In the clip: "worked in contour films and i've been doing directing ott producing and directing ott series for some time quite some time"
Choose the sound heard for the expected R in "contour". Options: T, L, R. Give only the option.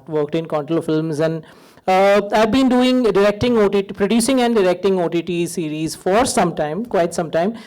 L